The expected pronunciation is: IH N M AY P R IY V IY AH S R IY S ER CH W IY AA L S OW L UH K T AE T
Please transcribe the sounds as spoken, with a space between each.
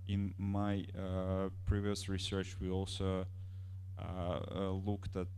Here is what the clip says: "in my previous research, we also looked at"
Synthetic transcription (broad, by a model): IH N M AY P R IY V IY AH S R IY S ER CH W IY AA L S OW L UH K T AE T